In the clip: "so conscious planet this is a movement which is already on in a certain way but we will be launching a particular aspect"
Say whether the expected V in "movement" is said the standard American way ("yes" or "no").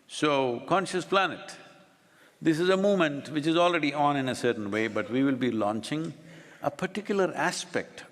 no